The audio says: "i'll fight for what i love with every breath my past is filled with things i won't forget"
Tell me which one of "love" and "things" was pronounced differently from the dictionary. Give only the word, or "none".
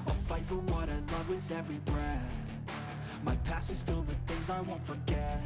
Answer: none